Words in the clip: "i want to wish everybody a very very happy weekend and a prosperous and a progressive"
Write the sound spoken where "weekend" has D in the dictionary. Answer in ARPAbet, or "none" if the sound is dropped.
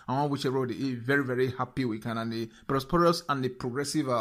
none